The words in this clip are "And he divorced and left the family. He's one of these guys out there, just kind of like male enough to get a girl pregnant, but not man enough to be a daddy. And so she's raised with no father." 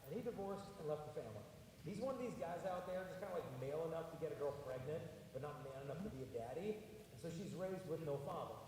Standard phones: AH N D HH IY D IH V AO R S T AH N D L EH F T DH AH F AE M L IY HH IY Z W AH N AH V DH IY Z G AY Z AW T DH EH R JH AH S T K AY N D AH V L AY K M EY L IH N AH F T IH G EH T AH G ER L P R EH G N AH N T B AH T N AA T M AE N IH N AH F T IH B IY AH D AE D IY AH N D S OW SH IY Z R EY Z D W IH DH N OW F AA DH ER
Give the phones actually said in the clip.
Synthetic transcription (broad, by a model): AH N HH IY D IH V AO R S T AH N L EH F T DH AH F AE M L IY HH IY Z W AH N AH V DH IY Z G AY Z AW T DH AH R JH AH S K AY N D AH L AY K M EY L IH N AH F T IH G EH T AH G ER L P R EH G N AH N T B AH T N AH T M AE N IH N AH F T IH B IY AH D AE D IY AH N S OW SH IY Z R EY Z D W IH DH N OW F AA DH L